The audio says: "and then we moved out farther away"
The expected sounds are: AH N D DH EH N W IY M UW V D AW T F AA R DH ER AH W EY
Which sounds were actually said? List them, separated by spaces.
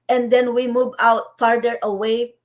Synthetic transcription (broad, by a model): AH N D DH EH N W IY M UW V AW T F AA R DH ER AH W EY